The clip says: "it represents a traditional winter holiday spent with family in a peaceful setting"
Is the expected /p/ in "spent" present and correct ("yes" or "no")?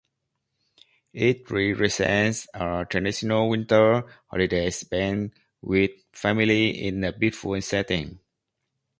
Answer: no